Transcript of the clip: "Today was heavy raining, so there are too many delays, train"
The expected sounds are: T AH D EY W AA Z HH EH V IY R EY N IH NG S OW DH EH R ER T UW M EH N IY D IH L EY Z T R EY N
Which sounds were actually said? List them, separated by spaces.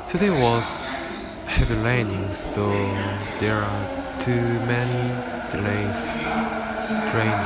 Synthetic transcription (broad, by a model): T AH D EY W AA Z HH EH V IY L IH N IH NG S OW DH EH R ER T UW M EH N IY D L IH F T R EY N